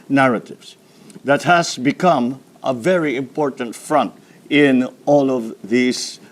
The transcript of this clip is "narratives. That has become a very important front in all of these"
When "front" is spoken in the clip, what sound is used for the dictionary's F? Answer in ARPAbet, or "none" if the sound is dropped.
F